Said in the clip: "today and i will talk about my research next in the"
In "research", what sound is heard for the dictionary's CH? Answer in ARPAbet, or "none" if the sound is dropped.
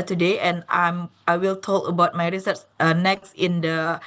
S